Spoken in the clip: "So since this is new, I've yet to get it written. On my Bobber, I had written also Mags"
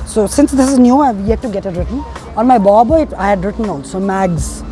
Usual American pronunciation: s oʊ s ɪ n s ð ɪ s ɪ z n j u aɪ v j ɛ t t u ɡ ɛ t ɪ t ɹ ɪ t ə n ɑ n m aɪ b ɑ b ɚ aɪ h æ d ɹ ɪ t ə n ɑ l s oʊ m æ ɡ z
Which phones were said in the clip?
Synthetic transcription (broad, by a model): s oʊ s ɪ n s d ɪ s ɪ z n j u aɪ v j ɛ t t u ɡ ɛ t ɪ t ɹ ɪ t ə n ɑ n m aɪ b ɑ b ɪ aɪ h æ d ɹ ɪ t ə n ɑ n s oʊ m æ ɡ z